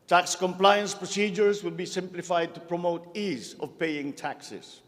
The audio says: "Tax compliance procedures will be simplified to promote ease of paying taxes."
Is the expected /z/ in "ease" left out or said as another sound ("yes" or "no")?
no